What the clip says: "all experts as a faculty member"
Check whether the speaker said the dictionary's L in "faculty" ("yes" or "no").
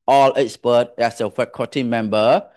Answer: no